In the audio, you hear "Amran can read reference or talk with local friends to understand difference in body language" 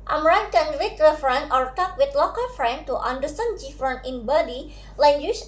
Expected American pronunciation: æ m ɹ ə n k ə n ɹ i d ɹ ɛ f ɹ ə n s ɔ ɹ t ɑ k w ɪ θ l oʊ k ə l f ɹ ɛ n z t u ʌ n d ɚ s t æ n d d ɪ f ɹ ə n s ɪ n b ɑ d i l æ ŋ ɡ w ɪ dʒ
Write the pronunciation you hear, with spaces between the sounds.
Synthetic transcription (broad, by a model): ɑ m ɹ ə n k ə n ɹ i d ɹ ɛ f ɹ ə n ɔ ɹ t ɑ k w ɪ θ l oʊ k ə l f ɹ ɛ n t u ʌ n d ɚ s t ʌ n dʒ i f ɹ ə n ɪ n b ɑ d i l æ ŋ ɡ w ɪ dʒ